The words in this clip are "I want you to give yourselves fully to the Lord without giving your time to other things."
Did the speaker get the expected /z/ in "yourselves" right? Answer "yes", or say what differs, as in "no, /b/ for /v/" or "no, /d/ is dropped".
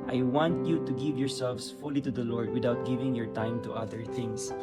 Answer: no, /s/ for /z/